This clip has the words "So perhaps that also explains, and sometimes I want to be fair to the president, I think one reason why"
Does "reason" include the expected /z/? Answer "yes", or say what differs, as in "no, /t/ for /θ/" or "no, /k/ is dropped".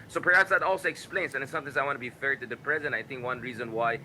yes